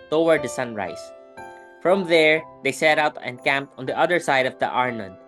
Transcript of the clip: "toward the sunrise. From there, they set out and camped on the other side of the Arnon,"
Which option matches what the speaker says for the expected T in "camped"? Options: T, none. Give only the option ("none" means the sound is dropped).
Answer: T